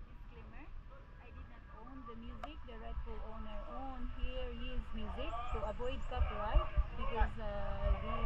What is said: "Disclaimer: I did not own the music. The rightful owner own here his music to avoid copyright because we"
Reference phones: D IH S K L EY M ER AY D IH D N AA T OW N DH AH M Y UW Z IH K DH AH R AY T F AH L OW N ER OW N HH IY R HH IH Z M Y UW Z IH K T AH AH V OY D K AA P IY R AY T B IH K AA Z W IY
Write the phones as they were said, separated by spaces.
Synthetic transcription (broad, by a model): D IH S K L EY M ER AY D IH D N AA T OW N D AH M Y UW Z IH K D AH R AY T AH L OW N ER OW N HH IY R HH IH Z M Y UW Z IH K S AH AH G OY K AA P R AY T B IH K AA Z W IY